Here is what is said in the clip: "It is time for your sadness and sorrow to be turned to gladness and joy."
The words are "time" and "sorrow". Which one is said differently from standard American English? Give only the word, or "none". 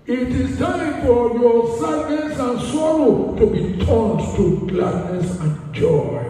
none